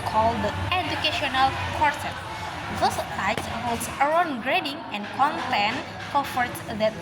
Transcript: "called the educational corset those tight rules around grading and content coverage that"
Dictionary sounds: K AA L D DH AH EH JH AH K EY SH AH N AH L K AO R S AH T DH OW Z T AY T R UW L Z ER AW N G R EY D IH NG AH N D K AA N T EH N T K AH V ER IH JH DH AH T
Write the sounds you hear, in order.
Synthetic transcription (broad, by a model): K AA L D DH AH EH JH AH K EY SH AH N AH L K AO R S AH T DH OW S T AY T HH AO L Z ER AW N G R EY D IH NG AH N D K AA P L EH N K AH F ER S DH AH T